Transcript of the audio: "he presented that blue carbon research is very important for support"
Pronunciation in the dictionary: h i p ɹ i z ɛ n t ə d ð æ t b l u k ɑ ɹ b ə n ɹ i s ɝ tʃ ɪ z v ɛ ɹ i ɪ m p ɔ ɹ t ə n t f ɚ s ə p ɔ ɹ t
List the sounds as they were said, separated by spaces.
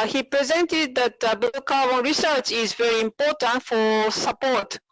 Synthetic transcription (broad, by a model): h i p ɹ i z ɛ n t ə d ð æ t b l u k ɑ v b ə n ɹ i s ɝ tʃ ɪ z v ɛ ɹ i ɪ m p ɔ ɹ t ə n t f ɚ s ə p ɔ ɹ t